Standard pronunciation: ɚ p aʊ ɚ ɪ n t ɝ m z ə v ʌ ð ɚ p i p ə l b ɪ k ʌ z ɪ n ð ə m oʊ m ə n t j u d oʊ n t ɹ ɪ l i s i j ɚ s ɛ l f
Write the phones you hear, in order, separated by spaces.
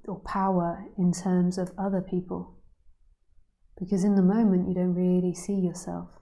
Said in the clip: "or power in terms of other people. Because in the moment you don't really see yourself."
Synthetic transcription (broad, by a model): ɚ p aʊ ɚ ɪ n t ɝ m z ə v ʌ ð ɚ p i p ə l b ɪ k ʌ z ɪ n ð ə m oʊ m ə n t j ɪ d oʊ n t ɹ ɪ l i s i j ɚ s ɛ l f